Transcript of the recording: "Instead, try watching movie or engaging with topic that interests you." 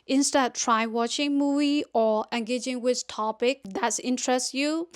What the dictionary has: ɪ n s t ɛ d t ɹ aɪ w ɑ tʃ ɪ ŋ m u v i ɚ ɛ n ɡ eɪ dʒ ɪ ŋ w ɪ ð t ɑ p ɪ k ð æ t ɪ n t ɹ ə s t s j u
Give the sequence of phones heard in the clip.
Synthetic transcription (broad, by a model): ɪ n s t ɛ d t ɹ aɪ w ɑ tʃ ɪ ŋ m u v i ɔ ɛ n ɡ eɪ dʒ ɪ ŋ w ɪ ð t ɑ p ɪ k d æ t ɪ n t ɹ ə s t j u